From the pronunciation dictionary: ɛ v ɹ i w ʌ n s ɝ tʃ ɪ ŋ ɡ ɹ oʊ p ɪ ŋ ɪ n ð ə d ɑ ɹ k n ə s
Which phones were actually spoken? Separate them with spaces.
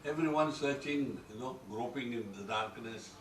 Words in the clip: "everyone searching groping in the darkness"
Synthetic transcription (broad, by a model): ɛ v ɹ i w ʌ n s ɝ tʃ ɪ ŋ ɡ ɹ oʊ p ɪ ŋ ɪ n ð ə d ɑ ɹ k n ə s